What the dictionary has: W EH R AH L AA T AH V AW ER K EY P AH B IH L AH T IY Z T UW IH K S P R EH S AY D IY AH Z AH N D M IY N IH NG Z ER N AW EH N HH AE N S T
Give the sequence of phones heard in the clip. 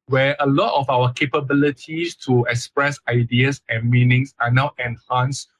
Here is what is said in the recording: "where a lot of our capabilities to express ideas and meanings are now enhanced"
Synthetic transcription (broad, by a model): W EH AH L AA T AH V AW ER K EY P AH B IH L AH T IY S T UW IH K S P R EH S AY D IY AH S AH N M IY N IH NG S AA N AW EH N HH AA N S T